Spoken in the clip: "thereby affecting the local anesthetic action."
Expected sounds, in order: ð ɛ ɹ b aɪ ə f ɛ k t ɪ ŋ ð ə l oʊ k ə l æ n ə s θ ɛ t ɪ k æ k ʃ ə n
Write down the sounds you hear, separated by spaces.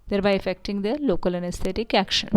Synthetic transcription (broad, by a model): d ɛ ɹ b aɪ ə f ɛ k t ɪ ŋ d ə l oʊ k ə l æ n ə s t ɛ t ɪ k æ k ʃ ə n